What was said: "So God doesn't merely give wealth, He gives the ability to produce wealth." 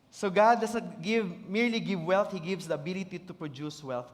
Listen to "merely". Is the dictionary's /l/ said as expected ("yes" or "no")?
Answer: yes